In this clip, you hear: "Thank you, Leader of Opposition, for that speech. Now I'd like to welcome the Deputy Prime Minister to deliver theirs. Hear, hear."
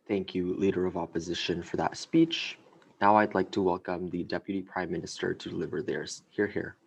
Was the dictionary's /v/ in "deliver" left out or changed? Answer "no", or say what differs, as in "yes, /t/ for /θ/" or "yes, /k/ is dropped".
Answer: no